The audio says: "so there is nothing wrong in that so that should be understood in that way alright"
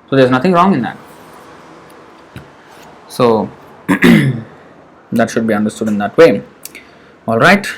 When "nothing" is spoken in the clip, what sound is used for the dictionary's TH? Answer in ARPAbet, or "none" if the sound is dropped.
T